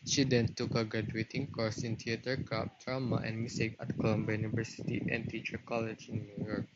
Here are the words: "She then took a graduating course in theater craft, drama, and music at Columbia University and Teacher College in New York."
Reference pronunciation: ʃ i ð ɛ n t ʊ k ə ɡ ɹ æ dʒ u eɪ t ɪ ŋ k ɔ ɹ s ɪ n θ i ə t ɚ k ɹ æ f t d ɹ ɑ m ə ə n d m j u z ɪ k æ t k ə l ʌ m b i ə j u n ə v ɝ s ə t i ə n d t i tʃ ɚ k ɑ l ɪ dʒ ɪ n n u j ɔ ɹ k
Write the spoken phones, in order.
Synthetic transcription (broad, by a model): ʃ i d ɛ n t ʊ k ə ɡ ɹ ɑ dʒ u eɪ t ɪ ŋ k ɔ ɹ s ɪ n t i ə t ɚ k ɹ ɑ p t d ɹ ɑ m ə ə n m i s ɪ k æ t k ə l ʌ m b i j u n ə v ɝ s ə t i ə n t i tʃ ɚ k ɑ l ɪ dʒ ɪ n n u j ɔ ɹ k